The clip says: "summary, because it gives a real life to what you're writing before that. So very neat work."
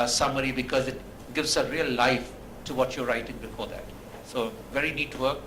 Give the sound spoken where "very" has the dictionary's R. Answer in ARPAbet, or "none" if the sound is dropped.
R